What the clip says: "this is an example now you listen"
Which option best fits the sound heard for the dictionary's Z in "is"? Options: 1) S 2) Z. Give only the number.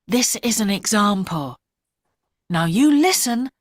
2